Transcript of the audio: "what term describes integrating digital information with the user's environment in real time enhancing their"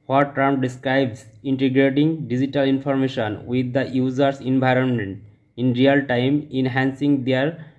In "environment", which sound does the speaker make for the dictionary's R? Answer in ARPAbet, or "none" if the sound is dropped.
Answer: R